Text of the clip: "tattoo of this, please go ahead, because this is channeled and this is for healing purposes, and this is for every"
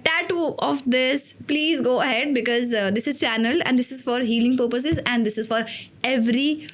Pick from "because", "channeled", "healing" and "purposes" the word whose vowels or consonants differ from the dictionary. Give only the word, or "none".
channeled